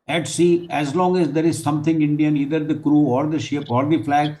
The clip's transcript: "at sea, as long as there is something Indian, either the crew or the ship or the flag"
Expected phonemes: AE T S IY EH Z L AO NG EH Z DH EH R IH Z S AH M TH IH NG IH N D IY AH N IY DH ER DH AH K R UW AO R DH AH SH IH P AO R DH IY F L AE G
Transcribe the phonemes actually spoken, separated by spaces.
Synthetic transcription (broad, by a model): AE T S IY EH Z L AO NG EH Z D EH R IH Z S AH M T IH NG IH N D IY AH N IY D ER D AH K R UW AO R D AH SH IH P AO R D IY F L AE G